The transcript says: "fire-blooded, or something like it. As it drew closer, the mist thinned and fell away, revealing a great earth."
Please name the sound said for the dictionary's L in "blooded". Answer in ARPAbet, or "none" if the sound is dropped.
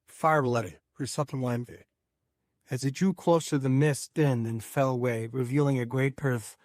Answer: none